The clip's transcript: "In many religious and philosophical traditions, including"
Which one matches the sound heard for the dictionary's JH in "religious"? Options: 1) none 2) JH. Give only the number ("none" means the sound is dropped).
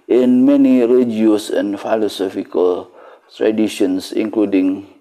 1